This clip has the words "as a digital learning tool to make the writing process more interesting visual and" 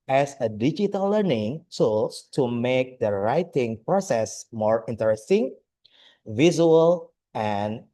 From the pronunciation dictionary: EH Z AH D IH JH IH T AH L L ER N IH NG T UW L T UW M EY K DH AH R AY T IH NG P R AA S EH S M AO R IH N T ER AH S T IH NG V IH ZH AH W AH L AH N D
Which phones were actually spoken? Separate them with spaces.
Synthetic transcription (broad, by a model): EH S AH D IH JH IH T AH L L ER N IH NG S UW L T UW M EY K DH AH R AY T IH NG P R AA S EH S M AO R IH N T ER AH S T IH NG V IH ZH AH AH L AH N